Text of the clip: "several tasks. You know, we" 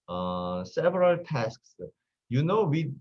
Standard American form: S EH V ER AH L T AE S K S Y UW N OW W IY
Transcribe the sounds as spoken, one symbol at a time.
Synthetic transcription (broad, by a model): S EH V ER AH L T AE S K S Y UW N OW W IY